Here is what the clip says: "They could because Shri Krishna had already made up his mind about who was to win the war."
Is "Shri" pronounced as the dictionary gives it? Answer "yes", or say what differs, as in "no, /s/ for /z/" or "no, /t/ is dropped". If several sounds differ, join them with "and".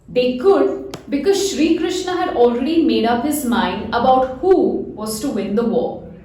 yes